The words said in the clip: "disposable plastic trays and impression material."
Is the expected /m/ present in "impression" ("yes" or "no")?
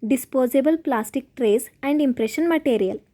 yes